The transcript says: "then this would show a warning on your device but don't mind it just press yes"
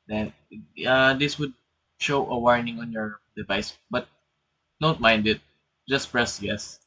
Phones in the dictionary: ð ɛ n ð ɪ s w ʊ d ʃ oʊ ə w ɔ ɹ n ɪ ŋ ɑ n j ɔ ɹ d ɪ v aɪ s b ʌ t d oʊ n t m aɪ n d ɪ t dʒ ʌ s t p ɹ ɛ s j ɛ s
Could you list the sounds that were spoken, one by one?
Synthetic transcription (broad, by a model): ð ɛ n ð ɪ s w ʊ d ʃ oʊ ə w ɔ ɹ n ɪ ŋ ɑ n j ɔ ɹ d ɪ v aɪ s b ʌ t d oʊ n t m aɪ n d ɪ t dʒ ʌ s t p ɹ ɛ s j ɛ s